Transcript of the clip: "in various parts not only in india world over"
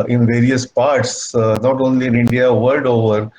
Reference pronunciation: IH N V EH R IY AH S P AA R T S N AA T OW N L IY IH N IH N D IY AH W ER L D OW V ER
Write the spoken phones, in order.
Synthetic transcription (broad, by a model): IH N V EH R IY AH S P AA R T S N AA T OW N L IY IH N IH N D IY AH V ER L D OW V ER